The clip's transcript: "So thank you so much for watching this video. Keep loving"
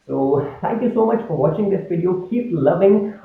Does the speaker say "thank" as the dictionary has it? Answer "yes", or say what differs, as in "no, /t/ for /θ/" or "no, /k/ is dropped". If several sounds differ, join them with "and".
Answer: no, /t/ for /θ/